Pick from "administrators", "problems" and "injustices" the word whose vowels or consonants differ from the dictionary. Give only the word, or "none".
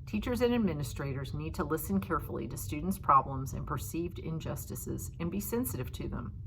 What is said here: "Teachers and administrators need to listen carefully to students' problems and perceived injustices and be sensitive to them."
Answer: none